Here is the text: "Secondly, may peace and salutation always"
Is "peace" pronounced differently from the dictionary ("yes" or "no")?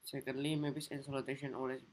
yes